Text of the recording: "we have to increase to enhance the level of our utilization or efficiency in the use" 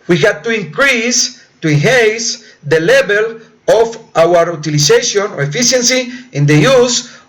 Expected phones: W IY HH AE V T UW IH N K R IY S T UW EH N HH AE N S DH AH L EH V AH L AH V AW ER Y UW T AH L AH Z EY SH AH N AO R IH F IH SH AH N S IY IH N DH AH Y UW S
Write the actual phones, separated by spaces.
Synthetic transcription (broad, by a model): W IY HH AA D T UW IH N K R IY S T UW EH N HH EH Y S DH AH L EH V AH L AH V AW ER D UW T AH L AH S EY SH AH N AO R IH F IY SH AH N S IY IH N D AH Y UW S